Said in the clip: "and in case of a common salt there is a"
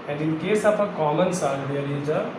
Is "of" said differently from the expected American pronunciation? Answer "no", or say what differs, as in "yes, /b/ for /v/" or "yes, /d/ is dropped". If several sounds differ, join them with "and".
yes, /p/ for /v/